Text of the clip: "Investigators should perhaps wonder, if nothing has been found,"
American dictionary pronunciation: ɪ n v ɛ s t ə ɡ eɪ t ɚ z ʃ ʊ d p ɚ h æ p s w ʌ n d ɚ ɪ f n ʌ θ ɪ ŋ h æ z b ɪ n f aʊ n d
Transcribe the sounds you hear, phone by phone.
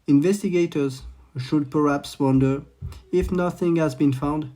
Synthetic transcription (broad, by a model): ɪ n v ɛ s t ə ɡ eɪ t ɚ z ʃ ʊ d p ɚ h æ p s w ʌ n d ɚ ɪ f n ʌ θ ɪ ŋ h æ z b ɪ n f aʊ n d